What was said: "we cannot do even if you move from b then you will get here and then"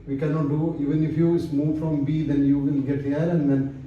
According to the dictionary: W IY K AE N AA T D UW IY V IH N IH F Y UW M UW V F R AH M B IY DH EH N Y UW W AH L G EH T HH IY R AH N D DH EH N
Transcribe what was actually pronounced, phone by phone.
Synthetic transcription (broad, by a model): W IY K AE N AA T D UW IY V IH N IH F Y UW M UW V F R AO M B IY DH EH N Y UW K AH N G EH T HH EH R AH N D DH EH N